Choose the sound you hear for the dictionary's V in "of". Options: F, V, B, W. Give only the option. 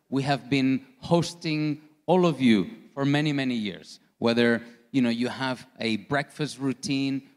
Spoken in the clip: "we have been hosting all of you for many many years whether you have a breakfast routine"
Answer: V